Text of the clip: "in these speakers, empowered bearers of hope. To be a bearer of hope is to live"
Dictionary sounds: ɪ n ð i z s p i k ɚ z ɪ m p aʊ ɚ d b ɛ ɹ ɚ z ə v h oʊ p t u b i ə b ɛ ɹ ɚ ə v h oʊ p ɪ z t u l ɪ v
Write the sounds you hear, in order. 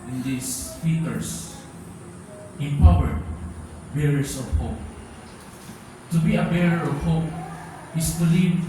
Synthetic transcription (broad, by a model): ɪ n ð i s f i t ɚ s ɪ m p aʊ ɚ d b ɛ ɹ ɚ s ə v h oʊ p t u b i ə b ɛ ɹ ɚ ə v h oʊ p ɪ s t u l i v